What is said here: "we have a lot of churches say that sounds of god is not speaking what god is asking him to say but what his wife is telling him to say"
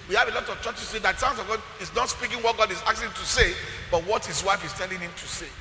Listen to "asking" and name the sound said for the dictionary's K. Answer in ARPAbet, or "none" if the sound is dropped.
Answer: none